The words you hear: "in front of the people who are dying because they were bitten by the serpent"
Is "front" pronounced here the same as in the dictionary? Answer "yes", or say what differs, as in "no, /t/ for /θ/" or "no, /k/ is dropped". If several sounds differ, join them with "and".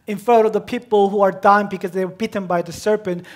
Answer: no, /n/ is dropped